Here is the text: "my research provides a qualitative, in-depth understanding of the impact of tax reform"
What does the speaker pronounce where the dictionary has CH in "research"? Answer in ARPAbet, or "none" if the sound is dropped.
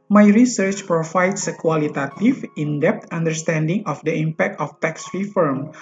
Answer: CH